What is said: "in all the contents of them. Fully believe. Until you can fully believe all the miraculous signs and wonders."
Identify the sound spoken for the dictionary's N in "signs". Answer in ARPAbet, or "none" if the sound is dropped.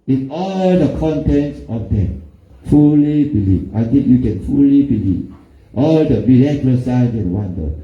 none